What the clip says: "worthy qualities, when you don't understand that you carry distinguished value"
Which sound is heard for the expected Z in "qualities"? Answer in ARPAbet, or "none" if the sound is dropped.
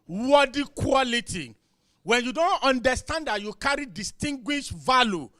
none